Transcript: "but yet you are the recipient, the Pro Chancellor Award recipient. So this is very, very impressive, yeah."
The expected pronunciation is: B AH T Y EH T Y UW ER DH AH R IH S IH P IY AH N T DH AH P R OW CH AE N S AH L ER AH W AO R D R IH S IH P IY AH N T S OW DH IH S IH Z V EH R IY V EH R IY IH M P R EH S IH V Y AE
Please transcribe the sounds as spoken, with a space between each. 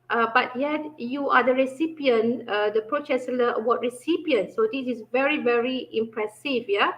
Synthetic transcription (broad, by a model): B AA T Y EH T Y UW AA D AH R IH S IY P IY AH N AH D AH P R OW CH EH S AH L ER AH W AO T R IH S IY P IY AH N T S OW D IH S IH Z V EH R IY V EH R IY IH M P R EH S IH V Y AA